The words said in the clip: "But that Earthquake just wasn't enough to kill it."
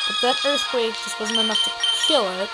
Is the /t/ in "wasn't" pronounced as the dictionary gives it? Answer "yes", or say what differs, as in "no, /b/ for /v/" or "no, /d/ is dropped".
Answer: no, /t/ is dropped